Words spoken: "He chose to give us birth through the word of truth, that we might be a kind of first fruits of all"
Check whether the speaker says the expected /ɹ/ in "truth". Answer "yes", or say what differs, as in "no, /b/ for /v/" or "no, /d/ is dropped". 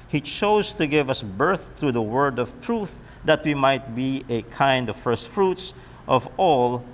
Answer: yes